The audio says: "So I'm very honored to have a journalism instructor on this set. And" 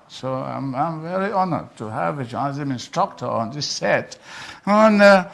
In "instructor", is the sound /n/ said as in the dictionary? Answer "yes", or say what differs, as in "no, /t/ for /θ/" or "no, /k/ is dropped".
yes